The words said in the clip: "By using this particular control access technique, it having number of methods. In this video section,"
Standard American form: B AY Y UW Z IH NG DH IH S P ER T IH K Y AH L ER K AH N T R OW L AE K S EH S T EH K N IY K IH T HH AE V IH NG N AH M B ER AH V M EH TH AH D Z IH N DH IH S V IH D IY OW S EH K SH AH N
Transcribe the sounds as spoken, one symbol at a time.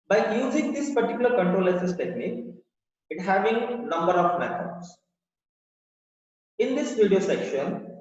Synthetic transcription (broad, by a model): B AY Y UW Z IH NG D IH S P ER T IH K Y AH L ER K AH N T R OW L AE S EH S T EH K N IY K IH T HH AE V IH NG N AH M B ER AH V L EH F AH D S IH N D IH S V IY D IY OW S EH K SH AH N